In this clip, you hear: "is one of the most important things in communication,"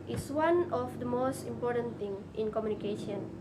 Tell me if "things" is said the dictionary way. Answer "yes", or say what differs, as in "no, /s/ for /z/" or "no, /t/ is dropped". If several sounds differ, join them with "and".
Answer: no, /z/ is dropped